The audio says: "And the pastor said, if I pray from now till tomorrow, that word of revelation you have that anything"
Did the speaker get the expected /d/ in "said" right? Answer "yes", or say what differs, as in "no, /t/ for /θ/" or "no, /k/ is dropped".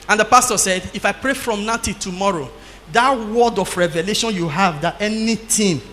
yes